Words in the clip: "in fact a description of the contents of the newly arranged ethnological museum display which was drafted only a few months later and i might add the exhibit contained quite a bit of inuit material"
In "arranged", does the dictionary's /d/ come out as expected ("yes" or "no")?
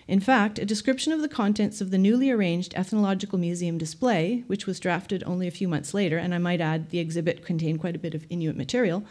yes